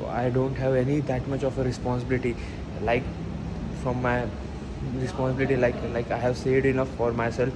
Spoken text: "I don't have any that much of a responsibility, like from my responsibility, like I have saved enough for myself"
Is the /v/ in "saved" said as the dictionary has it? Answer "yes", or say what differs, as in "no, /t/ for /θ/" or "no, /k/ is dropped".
no, /v/ is dropped